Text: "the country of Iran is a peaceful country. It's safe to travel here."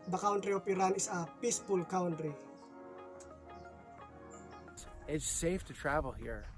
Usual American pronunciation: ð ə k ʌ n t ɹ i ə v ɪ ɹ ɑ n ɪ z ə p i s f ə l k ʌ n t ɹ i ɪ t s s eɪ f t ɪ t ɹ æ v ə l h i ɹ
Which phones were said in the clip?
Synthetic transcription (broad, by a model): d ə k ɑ n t ɹ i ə p ɪ ɹ ɑ n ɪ s ə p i s p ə l k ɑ n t ɹ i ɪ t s s eɪ f t ɪ t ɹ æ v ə l h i ɹ